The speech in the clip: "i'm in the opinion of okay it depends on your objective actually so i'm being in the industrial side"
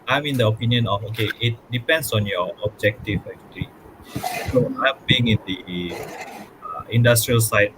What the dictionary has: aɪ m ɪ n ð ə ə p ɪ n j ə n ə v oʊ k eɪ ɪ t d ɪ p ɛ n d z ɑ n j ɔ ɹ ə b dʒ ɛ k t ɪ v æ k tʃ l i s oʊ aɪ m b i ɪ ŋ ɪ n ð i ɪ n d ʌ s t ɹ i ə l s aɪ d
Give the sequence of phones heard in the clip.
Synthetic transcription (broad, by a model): aɪ m ɪ n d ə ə p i n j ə n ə f oʊ k eɪ ɪ t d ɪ p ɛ n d s ɑ n j ɔ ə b dʒ ɛ k t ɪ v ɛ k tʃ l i s oʊ aɪ m b i ɪ ŋ ɪ n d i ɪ n d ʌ s t ɹ i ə l s aɪ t